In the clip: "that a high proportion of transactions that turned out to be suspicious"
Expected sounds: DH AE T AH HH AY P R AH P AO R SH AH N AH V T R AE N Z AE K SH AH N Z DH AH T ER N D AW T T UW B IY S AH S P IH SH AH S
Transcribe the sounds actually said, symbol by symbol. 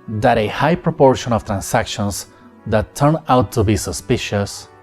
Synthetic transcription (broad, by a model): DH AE T AH HH AY P R AH P AO R SH AH N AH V T R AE N S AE K SH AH N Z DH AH T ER N AW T T UW B IY S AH S P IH SH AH S